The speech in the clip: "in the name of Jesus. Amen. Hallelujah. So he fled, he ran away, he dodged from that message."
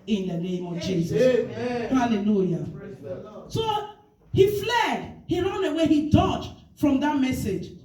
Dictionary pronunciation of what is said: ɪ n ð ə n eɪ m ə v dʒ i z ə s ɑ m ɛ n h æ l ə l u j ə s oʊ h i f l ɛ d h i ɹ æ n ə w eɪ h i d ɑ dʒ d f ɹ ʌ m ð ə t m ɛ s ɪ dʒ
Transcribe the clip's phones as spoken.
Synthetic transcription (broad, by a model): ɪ n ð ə n eɪ m ə v dʒ i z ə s h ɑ l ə l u j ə s oʊ h i f l ɛ d h i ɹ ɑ n ə w eɪ h i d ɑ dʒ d f ɹ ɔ m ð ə t m ɛ s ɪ dʒ